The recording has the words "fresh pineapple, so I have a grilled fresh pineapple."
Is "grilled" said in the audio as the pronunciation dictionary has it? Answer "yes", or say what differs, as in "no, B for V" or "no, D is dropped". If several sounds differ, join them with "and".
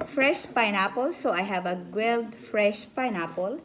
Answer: no, W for R